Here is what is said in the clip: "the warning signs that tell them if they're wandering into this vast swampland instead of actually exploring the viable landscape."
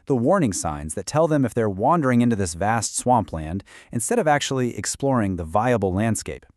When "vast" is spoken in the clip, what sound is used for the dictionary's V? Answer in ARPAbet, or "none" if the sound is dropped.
V